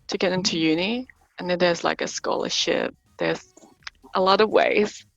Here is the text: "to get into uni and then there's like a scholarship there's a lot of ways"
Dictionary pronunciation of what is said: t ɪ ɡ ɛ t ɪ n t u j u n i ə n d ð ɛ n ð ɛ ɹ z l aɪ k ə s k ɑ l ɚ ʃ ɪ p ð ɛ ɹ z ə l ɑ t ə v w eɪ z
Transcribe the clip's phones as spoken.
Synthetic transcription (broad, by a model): t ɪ ɡ ɛ t ɪ n t u j u n i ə n ð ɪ n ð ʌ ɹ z l aɪ k ə s k ɑ l ɚ ʃ ɪ p ð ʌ ɹ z ə l ɑ t ə v w eɪ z